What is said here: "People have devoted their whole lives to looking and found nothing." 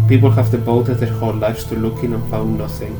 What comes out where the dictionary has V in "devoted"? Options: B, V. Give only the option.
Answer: B